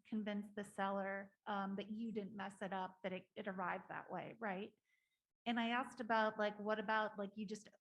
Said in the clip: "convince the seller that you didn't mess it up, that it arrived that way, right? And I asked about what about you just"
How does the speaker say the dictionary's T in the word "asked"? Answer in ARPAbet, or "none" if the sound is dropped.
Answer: T